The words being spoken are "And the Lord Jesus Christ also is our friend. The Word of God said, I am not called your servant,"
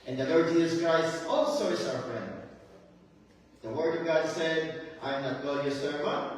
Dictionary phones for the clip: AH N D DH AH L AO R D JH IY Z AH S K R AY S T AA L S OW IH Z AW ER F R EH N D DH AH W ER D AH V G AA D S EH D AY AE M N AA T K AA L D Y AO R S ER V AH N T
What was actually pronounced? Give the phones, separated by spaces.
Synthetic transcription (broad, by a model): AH N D DH AH L AO R D JH IY Z AH S K R AY S T AA L S OW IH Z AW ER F R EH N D DH AH W ER D AH V G AA D S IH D AY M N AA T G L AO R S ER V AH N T